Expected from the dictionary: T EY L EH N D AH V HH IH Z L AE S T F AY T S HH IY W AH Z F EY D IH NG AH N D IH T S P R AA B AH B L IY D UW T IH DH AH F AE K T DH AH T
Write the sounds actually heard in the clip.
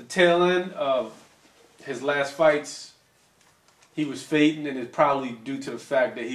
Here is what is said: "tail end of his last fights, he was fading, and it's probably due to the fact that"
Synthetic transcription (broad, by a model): T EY L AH N AH V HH IH Z L AE S T F AY T S HH IY W AH Z F EY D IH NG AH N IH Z P R AA B AH B L IY D UW T IH DH AH F AE K DH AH T